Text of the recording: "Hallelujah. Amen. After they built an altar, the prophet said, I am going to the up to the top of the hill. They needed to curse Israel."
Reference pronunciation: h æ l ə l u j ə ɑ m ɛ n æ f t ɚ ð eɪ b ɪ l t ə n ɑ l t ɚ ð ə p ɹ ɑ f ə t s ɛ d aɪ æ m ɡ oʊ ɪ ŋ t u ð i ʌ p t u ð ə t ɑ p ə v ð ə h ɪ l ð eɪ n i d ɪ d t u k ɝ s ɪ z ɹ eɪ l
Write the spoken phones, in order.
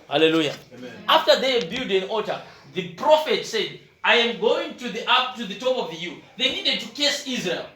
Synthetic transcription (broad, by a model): h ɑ l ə l u j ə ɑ f t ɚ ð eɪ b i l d ə n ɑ t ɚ ð ə p ɹ ɑ f ə t s ɛ d aɪ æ m ɡ oʊ ɪ ŋ t u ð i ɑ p t u ð ə t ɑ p ə v ð ə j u ð eɪ n i d ɪ d t u k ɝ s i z ɹ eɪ l